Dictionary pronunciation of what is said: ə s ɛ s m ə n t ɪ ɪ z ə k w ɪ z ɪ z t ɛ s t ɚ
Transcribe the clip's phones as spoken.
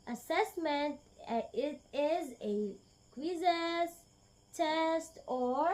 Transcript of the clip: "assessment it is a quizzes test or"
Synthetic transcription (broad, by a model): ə s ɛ s m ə n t ɪ ɪ z ə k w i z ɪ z t ɛ s t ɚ